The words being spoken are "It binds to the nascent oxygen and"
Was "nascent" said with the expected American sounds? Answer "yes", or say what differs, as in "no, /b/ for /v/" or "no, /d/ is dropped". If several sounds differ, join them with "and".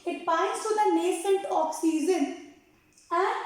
yes